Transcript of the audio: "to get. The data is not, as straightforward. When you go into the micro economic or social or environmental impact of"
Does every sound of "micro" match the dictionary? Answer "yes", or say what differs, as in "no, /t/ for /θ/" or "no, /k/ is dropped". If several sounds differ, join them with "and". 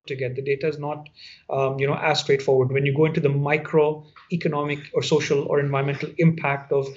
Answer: yes